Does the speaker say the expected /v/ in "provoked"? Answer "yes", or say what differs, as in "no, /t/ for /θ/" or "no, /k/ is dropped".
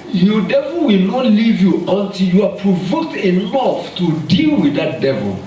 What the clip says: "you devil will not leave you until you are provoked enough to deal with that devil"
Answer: yes